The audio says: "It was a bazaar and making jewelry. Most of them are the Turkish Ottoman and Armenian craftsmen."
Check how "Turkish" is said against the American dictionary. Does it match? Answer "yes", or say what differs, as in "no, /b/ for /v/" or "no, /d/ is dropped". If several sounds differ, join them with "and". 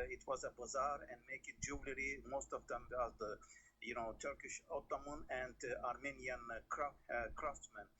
yes